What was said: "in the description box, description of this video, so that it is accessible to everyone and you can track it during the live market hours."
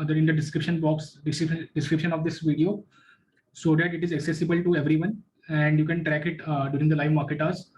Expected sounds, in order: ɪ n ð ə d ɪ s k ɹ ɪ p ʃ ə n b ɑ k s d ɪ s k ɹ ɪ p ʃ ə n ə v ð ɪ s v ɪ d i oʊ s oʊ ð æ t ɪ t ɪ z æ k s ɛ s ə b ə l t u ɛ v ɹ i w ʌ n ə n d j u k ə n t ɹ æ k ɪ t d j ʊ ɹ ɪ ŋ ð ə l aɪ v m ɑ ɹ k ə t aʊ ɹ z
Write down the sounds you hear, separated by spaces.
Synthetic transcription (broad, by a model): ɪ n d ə d ɪ s k ɹ ɪ p ʃ ə n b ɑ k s d ɪ s k ɹ ɪ p ʃ ə n ə v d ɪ s v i d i oʊ s oʊ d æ t ɪ t ɪ z æ k s ɛ s ə b ə l t u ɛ v ɹ i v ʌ n ə n d j u k ə n t ɹ æ k ɪ t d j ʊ ɹ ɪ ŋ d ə l aɪ v m ɑ ɹ k ə t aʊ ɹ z